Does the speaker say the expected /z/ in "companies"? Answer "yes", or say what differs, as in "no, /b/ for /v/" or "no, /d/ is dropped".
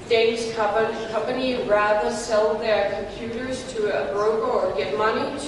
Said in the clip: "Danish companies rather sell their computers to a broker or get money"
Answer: no, /z/ is dropped